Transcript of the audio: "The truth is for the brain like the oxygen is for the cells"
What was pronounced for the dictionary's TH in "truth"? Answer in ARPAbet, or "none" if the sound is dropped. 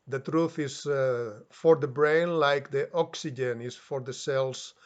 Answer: TH